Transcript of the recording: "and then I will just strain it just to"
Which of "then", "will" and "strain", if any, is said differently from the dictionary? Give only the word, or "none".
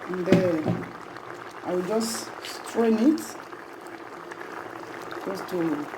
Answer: then